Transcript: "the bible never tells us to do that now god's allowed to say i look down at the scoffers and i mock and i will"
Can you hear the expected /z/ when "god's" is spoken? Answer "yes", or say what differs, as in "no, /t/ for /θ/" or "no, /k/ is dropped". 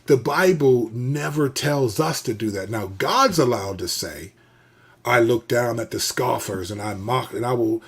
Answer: yes